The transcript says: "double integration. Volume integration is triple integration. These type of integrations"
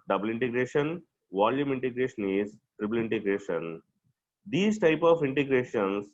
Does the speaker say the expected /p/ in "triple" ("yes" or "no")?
no